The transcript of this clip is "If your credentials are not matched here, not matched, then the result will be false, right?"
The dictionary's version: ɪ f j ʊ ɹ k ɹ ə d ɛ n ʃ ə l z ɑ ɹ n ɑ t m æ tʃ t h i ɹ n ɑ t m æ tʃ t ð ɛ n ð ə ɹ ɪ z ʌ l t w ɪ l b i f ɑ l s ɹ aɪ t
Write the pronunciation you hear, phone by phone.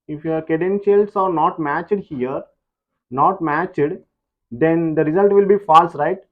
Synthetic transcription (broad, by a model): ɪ f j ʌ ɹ k ə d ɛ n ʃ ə l s ɑ ɹ n ɑ t m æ tʃ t h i ɹ n ɑ t m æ tʃ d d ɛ n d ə ɹ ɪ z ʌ l t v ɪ l b i f ɑ l s ɹ aɪ t